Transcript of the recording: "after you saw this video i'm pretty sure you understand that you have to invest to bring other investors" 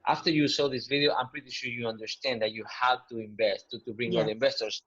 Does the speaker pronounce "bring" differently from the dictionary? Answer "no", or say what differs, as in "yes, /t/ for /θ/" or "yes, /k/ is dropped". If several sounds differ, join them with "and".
no